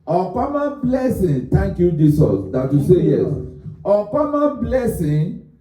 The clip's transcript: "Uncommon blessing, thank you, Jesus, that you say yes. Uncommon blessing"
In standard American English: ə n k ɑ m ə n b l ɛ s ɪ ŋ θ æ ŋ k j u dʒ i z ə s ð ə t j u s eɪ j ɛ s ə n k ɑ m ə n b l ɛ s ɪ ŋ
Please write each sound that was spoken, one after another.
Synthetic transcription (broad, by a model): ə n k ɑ m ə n b l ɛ s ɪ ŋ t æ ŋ k j u dʒ i s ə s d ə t j u s eɪ j ɛ s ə k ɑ m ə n b l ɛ s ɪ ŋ